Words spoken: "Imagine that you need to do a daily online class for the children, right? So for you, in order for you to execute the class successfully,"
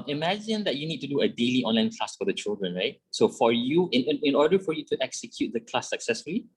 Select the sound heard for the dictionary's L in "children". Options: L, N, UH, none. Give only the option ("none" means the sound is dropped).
L